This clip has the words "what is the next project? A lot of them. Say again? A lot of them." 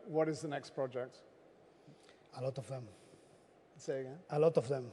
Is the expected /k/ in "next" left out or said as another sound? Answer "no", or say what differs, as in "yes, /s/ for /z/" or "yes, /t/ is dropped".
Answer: no